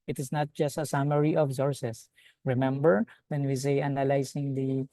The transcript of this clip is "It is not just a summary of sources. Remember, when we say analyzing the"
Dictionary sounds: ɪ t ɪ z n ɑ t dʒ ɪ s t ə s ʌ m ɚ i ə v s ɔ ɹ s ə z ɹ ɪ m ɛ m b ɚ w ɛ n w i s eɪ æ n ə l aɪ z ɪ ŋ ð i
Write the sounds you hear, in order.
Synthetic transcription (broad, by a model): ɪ t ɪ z n ɑ t dʒ ɪ s t ə s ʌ m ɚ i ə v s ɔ ɹ s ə s ɹ ɪ m ɛ m b ɚ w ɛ n w i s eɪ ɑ n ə l aɪ s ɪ ŋ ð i